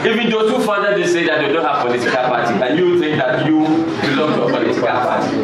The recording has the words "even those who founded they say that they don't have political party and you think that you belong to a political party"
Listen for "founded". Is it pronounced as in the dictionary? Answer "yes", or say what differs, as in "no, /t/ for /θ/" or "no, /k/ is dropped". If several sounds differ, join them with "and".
no, /n/ is dropped